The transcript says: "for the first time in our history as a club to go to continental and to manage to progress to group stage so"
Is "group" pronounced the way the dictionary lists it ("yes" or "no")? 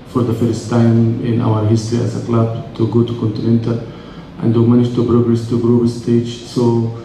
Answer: no